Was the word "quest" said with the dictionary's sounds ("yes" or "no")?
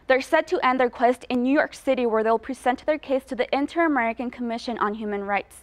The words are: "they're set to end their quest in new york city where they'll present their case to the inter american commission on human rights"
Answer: yes